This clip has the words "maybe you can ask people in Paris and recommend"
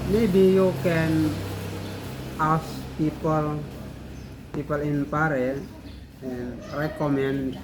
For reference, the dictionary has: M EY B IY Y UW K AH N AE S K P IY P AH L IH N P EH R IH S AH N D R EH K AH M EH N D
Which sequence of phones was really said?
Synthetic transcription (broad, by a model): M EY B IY Y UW K AH N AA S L P IY P AH L IH N P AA R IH AH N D R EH K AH M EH N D